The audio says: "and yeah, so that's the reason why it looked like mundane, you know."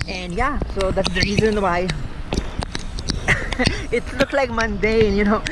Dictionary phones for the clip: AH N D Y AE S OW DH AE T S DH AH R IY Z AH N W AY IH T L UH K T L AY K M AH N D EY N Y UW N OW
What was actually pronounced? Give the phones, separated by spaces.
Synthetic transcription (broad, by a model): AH N D Y AE S OW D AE T S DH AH R IY Z AH N W AY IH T L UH K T L AY K M AH N D EY N Y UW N OW